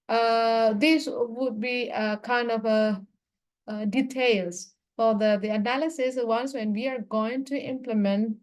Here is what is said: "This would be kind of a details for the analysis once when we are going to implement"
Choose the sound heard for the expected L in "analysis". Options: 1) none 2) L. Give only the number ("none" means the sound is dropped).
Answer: 2